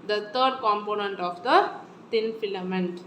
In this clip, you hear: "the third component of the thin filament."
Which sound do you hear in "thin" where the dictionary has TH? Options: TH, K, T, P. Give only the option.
T